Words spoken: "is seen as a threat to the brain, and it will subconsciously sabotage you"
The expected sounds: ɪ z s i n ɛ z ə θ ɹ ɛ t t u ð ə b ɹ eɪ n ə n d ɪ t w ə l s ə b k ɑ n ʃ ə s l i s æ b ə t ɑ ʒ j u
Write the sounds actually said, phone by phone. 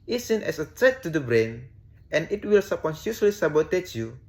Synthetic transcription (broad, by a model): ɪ s i n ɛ s ə t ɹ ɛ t t u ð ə b ɹ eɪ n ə n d ɪ t w ə l s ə k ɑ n s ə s l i s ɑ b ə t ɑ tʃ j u